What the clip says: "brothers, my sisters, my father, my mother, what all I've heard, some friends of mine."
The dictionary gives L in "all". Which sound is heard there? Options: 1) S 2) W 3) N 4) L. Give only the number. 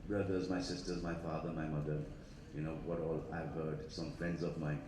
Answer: 4